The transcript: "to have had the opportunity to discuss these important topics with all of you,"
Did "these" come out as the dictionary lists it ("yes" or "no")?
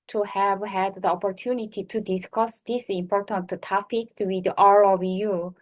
no